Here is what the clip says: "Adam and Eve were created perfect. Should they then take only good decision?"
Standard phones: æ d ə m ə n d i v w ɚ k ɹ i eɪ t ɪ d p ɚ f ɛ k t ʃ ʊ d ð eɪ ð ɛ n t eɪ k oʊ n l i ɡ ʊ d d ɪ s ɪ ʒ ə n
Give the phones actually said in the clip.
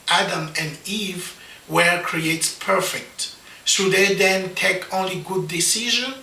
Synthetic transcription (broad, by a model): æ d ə m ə n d i v w ɚ k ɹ i eɪ t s p ɚ f ɛ k t s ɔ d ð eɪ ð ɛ n t eɪ k oʊ n l i ɡ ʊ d d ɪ s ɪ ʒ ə n